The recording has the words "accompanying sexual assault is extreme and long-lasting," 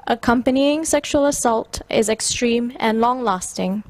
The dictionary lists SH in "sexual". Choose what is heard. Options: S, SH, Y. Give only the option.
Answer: SH